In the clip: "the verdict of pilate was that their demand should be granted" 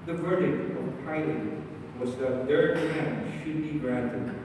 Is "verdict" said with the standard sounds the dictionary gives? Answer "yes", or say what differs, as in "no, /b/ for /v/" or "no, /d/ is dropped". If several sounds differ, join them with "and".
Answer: yes